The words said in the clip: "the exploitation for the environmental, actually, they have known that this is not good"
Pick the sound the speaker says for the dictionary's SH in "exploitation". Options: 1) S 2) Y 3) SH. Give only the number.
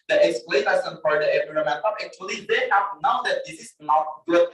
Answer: 1